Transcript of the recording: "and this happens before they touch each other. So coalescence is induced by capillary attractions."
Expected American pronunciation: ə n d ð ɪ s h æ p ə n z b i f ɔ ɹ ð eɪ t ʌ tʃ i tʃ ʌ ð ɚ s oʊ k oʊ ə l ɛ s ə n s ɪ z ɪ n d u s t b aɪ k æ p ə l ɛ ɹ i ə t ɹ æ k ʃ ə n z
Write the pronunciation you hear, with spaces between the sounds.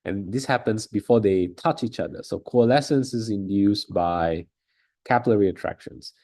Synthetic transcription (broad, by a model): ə n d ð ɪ s h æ p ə n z b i f ɔ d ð eɪ t ʌ tʃ i tʃ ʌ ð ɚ s oʊ k oʊ ə l ɛ s ə n s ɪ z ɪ n d u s b aɪ k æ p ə l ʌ ɹ i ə t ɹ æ k ʃ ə n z